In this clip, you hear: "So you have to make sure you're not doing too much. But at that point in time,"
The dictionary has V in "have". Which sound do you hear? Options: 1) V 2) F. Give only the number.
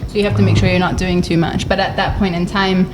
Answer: 2